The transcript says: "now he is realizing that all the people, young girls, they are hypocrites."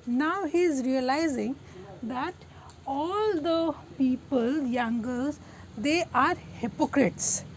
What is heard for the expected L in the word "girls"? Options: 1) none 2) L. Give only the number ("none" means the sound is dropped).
1